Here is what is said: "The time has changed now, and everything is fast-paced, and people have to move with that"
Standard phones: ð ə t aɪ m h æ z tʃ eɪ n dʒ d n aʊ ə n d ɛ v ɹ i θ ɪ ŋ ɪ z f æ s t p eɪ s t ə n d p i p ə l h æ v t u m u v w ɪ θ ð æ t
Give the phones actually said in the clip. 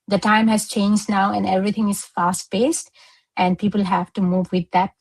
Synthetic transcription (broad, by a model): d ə t aɪ m h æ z tʃ eɪ n dʒ d n aʊ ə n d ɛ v ɹ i t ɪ ŋ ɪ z f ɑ s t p eɪ s t ə n d p i p ə l h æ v t u m u v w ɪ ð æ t